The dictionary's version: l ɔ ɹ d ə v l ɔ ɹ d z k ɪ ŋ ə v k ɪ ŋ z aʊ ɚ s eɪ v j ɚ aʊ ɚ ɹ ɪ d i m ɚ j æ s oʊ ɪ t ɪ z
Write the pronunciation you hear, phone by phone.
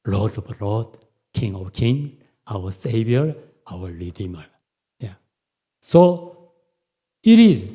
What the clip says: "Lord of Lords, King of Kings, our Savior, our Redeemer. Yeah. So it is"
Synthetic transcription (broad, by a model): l ɔ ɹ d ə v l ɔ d k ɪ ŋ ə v k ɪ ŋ aʊ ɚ s eɪ v j ɚ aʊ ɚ l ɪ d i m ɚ j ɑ s oʊ ɪ t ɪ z